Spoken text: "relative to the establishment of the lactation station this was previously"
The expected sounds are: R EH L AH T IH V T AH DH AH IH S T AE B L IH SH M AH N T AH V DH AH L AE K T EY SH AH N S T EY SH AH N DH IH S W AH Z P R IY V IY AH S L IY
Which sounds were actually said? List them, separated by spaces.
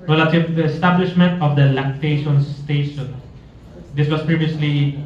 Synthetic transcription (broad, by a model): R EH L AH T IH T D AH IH S T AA B L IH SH M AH N T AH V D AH L AE K T EY SH AH N S T EY SH AH N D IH S W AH S P R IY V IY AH S L IY